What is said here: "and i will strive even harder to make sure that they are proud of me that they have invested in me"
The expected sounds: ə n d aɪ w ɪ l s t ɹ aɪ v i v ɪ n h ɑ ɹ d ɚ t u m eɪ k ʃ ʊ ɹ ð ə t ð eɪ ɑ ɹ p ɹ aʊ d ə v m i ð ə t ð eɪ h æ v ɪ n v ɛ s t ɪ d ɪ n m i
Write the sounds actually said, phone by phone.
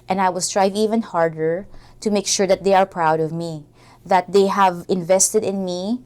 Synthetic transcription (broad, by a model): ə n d aɪ w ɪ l s t ɹ aɪ v i v ɪ n h ɑ ɹ d ɚ t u m eɪ k ʃ ʊ ɹ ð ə t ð eɪ ɑ ɹ p ɹ aʊ d ə v m i ð ə t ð eɪ h æ v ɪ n v ɛ s t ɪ d ɪ n m i